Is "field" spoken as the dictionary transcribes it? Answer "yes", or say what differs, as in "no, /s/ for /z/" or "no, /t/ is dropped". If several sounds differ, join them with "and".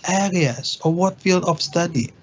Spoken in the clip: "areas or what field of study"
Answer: yes